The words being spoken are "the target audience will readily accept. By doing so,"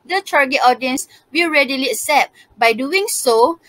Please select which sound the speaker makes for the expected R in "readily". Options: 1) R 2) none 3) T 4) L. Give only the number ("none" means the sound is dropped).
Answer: 1